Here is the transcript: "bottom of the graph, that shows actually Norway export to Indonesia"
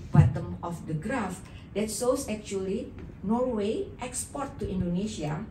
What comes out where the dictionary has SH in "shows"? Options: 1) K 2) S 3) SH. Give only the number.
2